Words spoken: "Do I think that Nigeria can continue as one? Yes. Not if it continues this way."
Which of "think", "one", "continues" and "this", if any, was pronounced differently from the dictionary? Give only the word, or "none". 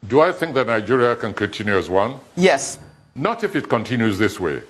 none